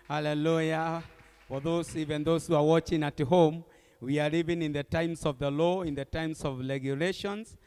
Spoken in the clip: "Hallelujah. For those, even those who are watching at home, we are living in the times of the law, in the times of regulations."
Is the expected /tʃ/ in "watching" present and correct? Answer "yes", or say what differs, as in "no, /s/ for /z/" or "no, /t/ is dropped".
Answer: yes